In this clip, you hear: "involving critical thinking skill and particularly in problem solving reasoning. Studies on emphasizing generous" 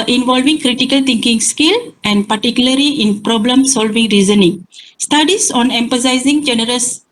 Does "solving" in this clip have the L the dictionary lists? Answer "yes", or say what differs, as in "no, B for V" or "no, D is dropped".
yes